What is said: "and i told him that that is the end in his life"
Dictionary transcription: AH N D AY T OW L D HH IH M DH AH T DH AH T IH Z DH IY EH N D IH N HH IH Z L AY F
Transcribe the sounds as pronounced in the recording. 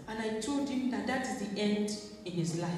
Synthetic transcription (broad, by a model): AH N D AY T OW L D HH IH M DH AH T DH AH T IH Z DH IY EH N D IH N HH IH Z L AY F